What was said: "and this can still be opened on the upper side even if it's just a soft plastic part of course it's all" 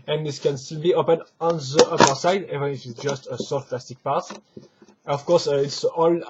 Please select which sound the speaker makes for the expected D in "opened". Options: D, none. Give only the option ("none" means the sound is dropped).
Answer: none